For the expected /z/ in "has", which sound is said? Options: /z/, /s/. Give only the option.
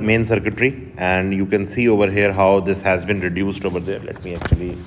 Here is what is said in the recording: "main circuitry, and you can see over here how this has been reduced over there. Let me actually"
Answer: /z/